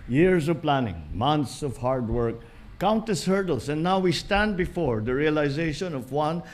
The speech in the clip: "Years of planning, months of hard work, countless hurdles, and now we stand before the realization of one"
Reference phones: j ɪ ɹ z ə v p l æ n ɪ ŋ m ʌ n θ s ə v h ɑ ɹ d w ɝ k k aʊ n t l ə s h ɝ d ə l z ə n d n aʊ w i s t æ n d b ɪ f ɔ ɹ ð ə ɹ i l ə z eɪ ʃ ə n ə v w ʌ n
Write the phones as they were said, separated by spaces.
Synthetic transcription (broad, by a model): j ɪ ɹ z ə v p l æ n ɪ ŋ m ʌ n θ s ə v h ɑ ɹ d w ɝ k k aʊ n t ə s h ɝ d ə l s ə n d n aʊ w i s t æ n d b ɪ f ɔ ɹ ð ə ɹ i l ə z eɪ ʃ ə n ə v w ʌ n